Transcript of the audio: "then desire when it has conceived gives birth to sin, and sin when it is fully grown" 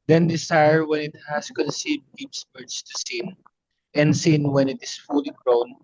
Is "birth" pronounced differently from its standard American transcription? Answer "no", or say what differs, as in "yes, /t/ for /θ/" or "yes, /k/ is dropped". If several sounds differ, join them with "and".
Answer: yes, /s/ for /θ/